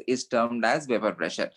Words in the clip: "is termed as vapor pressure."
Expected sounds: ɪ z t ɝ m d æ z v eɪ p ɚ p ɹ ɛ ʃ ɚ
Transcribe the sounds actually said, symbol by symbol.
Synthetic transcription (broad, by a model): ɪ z t ɝ m d æ z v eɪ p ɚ p ɹ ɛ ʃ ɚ